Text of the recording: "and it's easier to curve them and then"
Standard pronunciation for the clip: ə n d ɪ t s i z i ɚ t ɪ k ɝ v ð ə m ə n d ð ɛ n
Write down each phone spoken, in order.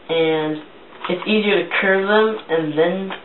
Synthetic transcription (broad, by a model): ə n ɪ t s i z i ɚ t ɪ k ɝ v ð ə m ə n ð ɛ n